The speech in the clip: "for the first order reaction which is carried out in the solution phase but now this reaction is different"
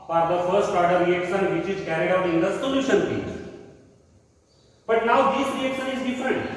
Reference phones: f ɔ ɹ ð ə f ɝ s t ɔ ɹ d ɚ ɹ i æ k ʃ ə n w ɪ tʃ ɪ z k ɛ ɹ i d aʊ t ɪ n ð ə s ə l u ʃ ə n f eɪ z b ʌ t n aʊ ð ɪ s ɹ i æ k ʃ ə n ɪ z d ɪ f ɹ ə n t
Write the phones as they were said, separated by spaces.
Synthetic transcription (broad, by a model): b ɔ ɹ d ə f ɝ s t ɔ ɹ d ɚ ɹ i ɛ k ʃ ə n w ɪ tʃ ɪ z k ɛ ɹ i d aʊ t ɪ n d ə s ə l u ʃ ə n p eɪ b ʌ t n aʊ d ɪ s ɹ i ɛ k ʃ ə n ɪ z d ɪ f ɹ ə n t